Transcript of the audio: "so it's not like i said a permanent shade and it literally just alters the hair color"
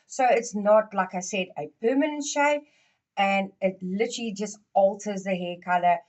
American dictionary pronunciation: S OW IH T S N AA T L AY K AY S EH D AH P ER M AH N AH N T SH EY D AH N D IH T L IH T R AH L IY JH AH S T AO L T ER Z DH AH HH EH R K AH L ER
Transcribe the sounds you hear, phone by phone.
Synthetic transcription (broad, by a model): S OW IH T S N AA T L AY K AY S EH D AH P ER M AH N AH N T SH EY AH N IH T L IH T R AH L IY JH AH S T AO L T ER Z DH AH HH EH K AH L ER